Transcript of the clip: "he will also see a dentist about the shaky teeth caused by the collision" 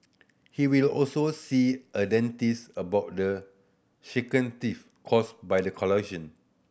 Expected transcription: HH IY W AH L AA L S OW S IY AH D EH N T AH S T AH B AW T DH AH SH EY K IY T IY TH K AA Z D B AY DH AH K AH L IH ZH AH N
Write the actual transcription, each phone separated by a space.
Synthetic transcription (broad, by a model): HH IY W AH L AA L S OW S IY AH D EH N T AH S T AH B AW T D AH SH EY K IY T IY F K AA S B AY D AH K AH L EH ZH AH N